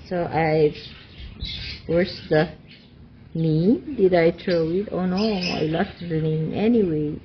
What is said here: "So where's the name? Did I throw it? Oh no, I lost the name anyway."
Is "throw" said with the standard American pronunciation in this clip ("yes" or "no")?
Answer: no